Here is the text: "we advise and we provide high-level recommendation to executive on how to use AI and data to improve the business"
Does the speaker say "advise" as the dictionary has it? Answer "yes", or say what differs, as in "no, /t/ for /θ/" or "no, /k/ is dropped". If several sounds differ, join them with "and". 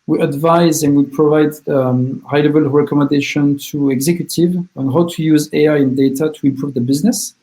yes